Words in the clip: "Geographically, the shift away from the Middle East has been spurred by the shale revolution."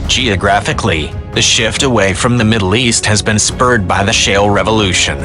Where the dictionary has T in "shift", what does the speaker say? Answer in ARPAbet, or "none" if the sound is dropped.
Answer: T